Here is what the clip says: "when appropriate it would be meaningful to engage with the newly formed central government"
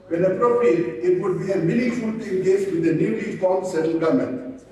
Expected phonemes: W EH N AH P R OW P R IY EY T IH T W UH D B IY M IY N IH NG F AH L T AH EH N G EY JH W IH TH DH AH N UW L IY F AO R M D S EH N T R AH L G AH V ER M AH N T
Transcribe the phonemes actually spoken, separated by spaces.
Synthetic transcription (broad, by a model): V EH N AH P R OW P R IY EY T IH T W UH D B IY M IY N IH F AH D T EH N G EY JH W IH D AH N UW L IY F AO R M S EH T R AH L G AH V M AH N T